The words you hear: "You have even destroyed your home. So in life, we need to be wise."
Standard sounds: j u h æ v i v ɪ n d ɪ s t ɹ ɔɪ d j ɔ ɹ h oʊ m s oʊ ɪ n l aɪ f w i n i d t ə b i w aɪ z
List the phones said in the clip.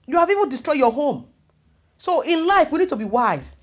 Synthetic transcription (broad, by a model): j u h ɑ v i v ɪ n d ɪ s t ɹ ɔɪ j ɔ h oʊ m s oʊ ɪ n l aɪ f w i n i d t ə b i w aɪ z